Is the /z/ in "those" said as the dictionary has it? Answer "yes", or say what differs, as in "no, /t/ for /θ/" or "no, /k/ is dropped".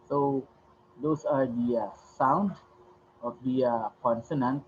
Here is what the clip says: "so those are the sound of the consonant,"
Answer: no, /s/ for /z/